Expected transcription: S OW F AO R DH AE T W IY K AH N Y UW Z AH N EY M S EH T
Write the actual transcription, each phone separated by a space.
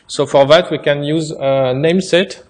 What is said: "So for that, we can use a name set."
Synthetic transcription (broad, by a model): S OW F AO R DH AE T W IY K AH N Y UW Z AH N EY M S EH T